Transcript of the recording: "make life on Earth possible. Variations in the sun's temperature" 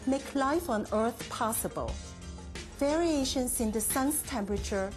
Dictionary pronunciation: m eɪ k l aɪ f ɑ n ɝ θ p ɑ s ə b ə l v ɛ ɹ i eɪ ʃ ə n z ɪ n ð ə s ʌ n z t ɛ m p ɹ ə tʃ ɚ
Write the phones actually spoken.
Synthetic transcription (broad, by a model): m eɪ k l aɪ f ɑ n ɝ θ p ɑ s ə b ə l v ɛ ɹ i eɪ ʃ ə n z ɪ n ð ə s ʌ n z t ɛ m p ɹ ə tʃ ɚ